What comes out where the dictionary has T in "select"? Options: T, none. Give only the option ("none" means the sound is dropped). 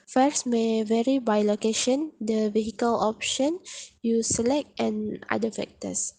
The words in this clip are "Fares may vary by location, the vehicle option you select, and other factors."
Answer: T